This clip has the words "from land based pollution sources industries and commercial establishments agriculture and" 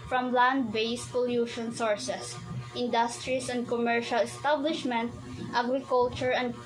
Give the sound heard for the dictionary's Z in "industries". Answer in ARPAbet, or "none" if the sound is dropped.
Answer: S